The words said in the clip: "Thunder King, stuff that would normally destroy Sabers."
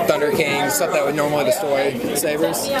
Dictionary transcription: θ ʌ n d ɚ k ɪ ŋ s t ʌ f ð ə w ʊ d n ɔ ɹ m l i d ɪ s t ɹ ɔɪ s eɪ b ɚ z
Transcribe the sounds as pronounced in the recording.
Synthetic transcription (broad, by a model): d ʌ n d ɚ k ɪ ŋ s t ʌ p ð ə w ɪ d n ɔ ɹ m l i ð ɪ s t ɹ s eɪ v ɚ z